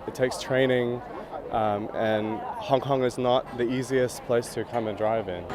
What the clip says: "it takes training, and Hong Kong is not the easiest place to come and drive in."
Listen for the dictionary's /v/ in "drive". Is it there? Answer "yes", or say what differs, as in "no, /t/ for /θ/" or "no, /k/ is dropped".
yes